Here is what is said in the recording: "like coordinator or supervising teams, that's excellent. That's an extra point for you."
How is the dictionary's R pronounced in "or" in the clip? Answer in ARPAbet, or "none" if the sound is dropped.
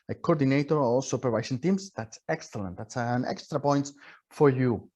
L